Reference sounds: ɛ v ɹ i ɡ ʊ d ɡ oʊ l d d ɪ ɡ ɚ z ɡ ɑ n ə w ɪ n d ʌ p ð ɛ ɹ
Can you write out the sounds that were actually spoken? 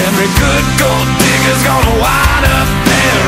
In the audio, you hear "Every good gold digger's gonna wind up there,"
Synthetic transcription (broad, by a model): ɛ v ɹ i ɡ ʊ d ɡ oʊ l d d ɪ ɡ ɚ z ɡ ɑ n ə w ɪ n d ʌ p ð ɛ